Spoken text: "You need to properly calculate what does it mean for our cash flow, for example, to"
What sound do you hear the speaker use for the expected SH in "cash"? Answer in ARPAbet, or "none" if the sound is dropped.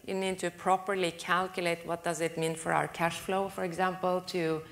SH